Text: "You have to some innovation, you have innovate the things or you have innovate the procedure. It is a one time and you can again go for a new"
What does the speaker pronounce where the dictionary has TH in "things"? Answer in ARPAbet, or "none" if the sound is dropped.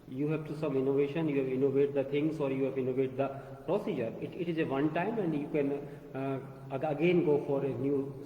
T